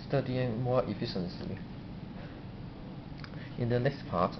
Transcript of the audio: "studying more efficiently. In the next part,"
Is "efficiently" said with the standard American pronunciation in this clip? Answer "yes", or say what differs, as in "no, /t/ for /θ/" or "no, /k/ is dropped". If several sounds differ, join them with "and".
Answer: no, /s/ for /t/